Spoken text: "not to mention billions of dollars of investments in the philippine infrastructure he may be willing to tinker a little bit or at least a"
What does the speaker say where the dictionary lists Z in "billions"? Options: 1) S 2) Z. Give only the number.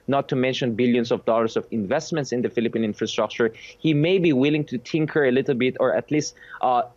1